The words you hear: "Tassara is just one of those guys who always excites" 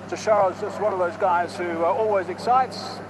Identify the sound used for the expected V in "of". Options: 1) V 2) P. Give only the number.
1